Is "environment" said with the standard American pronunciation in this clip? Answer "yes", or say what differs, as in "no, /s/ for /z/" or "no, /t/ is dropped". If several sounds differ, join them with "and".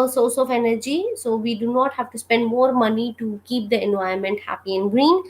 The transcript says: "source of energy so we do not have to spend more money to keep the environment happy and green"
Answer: no, /ɹ/ is dropped